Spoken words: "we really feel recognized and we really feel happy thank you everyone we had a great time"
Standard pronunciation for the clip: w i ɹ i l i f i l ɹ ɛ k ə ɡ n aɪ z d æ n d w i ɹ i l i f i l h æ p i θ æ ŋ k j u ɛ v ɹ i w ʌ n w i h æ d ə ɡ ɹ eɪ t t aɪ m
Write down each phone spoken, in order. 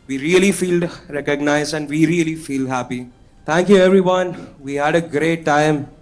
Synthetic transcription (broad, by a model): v i ɹ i l i f i l ɹ ɛ k ə ɡ n aɪ z d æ n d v i ɹ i l i f i l h æ p i t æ ŋ k j u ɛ v ɹ i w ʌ n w i h æ d ə ɡ ɹ eɪ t t aɪ m